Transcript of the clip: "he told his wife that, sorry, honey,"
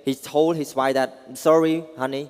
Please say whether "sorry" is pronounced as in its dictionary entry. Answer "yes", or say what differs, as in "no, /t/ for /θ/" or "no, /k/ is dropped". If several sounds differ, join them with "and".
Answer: yes